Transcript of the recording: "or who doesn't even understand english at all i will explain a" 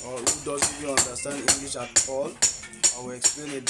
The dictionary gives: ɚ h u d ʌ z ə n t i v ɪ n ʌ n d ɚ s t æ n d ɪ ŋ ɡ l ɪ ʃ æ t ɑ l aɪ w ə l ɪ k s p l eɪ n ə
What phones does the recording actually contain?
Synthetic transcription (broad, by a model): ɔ h u d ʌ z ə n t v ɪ ɔ n d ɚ s t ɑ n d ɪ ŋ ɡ l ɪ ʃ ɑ t ɑ l aɪ w ə l ɪ k s p l eɪ n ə